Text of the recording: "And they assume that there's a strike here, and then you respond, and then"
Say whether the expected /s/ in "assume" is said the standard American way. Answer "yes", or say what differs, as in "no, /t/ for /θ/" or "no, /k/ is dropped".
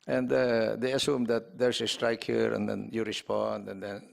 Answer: yes